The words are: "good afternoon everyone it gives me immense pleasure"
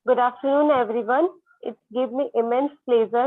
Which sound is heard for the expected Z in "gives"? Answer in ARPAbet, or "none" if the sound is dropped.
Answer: none